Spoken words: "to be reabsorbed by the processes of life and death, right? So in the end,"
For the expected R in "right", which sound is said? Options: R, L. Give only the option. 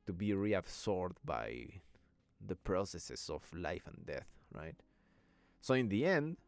R